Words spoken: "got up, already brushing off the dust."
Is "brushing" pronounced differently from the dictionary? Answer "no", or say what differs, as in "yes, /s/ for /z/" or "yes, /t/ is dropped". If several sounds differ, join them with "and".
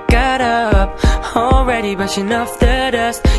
yes, /ɹ/ is dropped